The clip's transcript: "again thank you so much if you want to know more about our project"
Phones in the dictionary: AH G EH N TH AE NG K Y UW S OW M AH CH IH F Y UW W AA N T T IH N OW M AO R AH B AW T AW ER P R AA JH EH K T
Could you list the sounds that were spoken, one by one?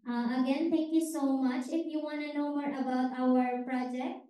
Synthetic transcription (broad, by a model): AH G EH N T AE NG K Y UW S OW M AH CH IH F Y UW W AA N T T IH N OW M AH R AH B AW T AW ER P R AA JH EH K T